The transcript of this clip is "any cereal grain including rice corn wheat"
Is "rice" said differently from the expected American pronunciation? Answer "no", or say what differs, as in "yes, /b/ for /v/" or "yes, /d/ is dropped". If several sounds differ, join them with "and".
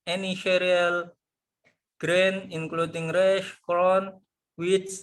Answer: yes, /ʃ/ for /s/